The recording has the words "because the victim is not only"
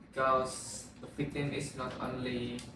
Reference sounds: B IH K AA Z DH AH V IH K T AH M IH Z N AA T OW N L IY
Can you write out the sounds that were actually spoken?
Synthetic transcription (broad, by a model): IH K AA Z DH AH P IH T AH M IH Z N AA T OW N L IY